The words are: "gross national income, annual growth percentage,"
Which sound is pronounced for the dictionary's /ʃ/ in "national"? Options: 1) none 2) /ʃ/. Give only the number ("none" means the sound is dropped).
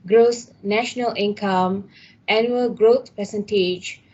2